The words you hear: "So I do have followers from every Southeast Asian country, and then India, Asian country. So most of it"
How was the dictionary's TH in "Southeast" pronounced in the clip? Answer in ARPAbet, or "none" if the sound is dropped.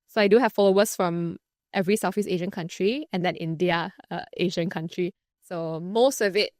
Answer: F